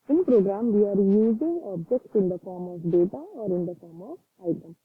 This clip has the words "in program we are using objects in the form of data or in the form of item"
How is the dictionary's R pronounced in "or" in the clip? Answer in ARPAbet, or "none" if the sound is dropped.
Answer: R